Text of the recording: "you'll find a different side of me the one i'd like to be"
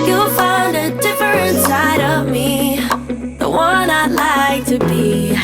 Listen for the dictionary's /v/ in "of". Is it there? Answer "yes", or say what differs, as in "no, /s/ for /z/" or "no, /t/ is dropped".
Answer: yes